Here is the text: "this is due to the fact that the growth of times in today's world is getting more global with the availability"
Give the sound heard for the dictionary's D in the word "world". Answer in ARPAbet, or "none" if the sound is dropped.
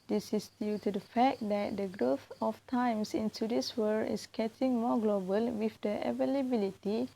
none